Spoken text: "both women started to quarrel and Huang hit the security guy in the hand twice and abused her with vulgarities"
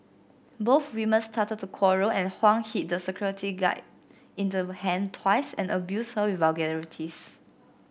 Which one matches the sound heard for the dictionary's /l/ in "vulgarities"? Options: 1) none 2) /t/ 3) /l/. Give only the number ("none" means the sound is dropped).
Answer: 1